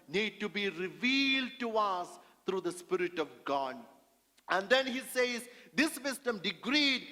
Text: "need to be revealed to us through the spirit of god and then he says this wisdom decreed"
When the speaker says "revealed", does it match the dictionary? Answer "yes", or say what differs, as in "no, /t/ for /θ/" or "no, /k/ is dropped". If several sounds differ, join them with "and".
yes